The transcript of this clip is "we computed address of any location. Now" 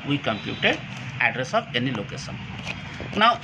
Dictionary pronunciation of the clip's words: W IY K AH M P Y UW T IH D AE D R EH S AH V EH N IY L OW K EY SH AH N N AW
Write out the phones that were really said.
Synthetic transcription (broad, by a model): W IY K AH M P Y UW T IH D AE D R EH S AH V EH N IY L OW K EY SH AH N N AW